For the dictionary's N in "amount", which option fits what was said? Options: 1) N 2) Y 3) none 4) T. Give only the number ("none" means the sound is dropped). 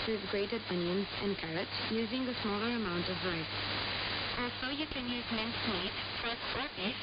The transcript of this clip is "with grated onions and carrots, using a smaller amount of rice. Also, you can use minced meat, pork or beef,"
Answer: 1